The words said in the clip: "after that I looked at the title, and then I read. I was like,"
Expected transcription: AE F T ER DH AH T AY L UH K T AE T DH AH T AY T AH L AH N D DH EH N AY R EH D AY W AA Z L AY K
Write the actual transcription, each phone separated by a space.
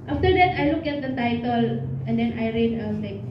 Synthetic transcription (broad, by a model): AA F T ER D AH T AY L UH K AE T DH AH T AY T AH L AH N D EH N AY R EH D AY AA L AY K